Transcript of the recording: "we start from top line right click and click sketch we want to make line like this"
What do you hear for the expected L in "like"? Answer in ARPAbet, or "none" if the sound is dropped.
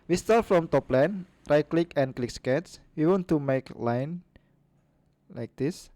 L